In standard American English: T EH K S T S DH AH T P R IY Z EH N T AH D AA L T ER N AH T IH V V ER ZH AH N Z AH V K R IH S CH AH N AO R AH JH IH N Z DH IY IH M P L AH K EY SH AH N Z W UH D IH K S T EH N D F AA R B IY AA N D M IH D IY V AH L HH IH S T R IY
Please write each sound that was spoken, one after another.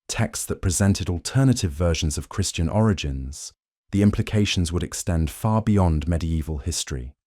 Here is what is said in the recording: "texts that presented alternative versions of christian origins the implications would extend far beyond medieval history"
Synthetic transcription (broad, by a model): T EH K S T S DH AH T P R IY Z EH N T AH D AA L T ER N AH T IH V V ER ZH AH N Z AH V K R IH S CH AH N AO R AH JH IH N Z DH IY IH M P L AH K EY SH AH N Z W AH D IH K S T EH N D F AA B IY AA N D M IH D IY V AH L HH IH S T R IY